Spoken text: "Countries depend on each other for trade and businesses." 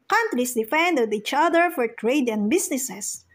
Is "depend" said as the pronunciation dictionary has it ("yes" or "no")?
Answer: no